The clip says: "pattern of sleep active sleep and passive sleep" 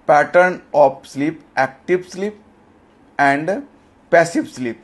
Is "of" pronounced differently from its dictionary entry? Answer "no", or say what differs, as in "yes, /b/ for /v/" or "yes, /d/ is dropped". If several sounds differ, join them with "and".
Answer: yes, /p/ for /v/